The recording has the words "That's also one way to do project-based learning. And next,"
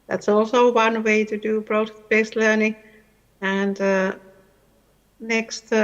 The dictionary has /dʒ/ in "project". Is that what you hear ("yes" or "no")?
no